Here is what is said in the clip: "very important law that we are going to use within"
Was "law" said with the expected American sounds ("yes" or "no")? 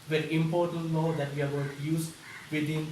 no